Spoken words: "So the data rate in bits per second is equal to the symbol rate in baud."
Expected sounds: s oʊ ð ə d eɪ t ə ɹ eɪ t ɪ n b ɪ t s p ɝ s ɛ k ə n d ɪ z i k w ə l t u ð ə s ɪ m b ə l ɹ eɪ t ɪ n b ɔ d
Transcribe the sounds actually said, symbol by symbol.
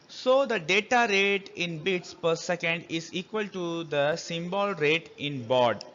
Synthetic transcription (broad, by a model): s oʊ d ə d eɪ t ə ɹ eɪ t ɪ n b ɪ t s p ɝ s ɛ k ə n d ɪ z i k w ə l t u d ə s ɪ m b ə l ɹ eɪ t ɪ n b ɔ d